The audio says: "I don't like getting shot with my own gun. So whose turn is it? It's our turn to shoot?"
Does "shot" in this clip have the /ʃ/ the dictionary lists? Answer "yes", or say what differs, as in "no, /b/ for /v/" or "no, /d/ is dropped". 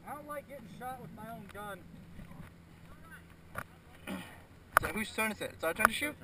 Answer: yes